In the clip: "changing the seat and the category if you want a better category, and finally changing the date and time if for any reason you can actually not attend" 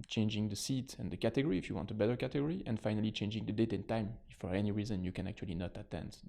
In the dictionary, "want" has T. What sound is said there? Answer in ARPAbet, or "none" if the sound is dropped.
T